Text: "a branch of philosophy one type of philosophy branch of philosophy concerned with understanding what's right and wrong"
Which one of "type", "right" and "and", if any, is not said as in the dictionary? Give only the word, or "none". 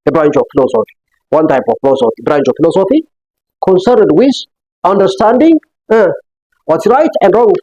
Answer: none